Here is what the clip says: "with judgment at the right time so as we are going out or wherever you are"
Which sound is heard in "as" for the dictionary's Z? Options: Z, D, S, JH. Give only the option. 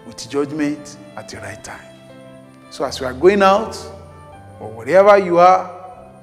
S